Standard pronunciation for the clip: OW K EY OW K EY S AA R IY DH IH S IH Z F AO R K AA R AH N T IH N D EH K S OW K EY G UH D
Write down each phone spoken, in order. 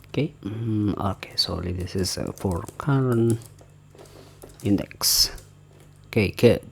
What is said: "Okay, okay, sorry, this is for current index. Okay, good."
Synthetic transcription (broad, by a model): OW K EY OW K EY S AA L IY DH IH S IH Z F AO R K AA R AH N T IH N D EH K S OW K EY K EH